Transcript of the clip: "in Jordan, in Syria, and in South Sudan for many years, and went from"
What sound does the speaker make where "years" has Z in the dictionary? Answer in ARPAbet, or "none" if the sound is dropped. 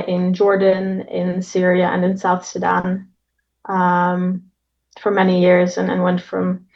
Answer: Z